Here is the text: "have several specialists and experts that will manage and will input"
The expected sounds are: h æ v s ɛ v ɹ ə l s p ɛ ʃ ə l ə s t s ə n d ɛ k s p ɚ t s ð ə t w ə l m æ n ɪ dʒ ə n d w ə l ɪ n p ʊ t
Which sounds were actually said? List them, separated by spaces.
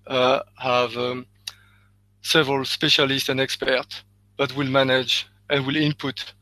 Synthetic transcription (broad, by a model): h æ v s ɛ v ɹ ə l s p ɛ ʃ ə l ə s t s ə n d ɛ k s p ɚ t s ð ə t w ə l m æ n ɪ dʒ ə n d w ə l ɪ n p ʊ t